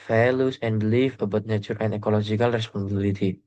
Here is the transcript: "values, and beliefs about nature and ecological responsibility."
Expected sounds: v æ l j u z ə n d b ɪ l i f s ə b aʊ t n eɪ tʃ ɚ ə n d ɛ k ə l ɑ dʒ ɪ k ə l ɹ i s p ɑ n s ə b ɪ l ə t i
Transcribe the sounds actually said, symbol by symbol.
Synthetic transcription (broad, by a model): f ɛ l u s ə n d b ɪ l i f ə b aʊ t n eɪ tʃ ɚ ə n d ɛ k ə l ɑ dʒ ɪ k ə l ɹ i s p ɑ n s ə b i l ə t i